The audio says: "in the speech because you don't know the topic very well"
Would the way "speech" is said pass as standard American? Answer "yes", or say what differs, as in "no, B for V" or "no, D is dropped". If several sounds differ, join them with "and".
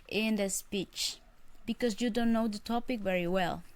yes